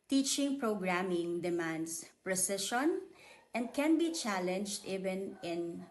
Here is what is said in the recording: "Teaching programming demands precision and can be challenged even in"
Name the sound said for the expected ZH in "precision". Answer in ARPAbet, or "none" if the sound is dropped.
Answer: SH